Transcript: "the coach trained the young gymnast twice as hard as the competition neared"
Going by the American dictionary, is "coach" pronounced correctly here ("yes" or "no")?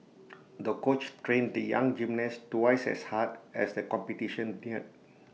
yes